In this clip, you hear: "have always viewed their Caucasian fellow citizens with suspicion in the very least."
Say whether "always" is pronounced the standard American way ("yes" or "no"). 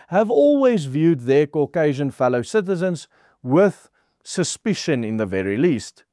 yes